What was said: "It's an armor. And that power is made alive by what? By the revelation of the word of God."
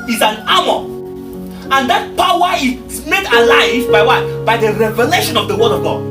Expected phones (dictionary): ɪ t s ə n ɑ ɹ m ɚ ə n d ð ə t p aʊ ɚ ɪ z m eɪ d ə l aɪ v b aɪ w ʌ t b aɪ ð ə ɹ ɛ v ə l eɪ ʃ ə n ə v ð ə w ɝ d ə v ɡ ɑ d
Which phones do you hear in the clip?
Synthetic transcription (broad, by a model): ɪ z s ə n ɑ m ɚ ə n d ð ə t p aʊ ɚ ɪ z m eɪ d ə l aɪ v b aɪ w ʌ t b aɪ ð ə ɹ ɛ v ə l eɪ ʃ ə n ə v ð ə w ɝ d ə v ɡ ɑ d